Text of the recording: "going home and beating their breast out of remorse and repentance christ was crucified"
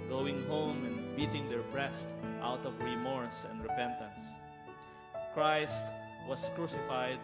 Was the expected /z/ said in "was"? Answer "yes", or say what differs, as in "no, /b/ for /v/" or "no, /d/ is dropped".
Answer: no, /s/ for /z/